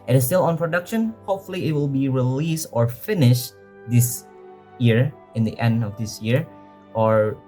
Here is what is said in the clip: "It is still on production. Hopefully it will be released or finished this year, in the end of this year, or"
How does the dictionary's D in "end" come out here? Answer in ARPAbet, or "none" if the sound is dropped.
D